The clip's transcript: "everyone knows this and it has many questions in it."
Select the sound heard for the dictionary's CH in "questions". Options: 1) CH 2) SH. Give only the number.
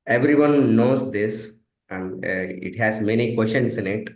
2